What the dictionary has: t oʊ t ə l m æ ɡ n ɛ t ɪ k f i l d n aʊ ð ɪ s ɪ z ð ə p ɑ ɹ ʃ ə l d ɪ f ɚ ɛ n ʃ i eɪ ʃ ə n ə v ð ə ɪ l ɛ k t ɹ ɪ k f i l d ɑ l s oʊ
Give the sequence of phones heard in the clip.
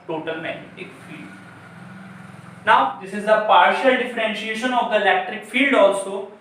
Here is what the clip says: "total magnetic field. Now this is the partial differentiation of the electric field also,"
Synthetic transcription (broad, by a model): t oʊ t ə l m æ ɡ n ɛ t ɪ k f i l d n aʊ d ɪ s ɪ z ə p ɑ ɹ ʃ ə l d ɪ f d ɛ n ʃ i eɪ ʃ ə n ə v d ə ɪ l ɛ k t ɹ ɪ k f i l d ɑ l s oʊ